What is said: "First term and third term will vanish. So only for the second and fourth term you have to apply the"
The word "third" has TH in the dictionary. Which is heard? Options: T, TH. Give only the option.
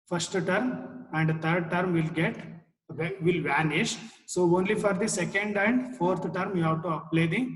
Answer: T